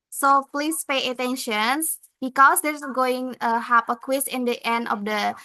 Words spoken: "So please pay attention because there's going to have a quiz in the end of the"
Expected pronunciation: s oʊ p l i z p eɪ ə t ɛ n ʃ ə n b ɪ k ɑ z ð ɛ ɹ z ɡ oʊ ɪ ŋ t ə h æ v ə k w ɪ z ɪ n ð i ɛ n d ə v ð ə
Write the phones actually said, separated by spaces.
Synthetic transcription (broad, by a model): s oʊ p l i s p eɪ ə t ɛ n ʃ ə n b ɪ k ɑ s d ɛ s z ɡ oʊ ɪ ŋ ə h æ p ə k w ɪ s ɪ n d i ɛ n d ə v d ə